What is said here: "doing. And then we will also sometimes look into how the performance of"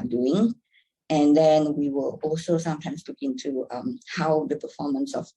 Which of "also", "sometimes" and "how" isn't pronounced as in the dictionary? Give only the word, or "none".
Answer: sometimes